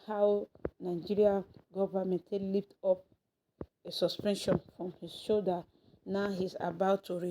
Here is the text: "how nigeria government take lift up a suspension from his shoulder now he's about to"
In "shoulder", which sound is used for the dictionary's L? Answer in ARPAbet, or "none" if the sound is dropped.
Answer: none